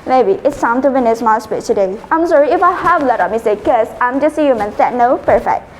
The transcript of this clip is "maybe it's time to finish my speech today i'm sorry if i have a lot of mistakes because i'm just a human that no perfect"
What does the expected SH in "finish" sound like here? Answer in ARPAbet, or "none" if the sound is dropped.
S